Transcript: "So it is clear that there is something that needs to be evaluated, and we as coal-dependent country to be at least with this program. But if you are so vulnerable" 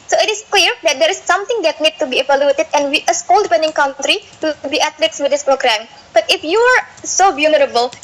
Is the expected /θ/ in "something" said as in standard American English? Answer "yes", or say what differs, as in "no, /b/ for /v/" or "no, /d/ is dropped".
no, /t/ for /θ/